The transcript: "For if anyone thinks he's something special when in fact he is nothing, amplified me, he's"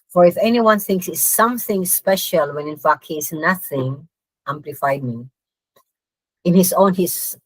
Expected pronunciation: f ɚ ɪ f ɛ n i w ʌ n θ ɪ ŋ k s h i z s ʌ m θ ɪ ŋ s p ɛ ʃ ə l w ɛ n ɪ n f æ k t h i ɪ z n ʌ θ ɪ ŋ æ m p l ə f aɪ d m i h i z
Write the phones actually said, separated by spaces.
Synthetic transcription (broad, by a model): f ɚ ɪ f ɛ n i w ʌ n θ ɪ ŋ k s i s ʌ m θ ɪ ŋ s p ɛ ʃ ə l w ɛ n ɪ n f æ k t h i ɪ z n ʌ θ ɪ ŋ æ m p l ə f aɪ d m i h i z